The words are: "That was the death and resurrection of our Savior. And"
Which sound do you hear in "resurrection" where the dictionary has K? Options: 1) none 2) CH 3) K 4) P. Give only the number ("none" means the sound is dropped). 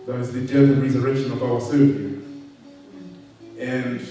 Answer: 3